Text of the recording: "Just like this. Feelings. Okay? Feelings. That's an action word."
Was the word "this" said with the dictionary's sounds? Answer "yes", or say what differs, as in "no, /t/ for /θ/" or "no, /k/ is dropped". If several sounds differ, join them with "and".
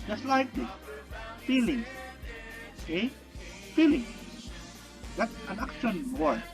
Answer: no, /s/ is dropped